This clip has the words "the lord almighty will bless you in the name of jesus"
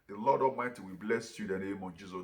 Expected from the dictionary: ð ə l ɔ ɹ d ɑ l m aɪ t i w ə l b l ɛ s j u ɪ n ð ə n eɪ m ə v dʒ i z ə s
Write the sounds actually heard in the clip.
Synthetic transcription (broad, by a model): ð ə l ɔ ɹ d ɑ m aɪ t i w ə b l ɛ s j u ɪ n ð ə n eɪ m ə v dʒ i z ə